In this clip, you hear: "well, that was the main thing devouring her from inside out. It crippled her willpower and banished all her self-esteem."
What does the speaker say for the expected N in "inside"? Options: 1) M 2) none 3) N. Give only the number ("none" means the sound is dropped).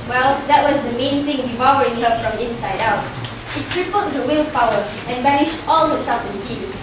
3